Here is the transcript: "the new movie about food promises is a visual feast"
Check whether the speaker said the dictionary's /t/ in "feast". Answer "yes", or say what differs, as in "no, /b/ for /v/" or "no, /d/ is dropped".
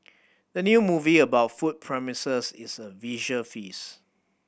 no, /t/ is dropped